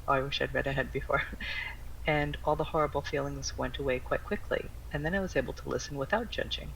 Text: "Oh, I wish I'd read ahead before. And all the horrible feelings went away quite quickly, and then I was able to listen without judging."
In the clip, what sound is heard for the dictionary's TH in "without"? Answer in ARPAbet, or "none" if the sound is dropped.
TH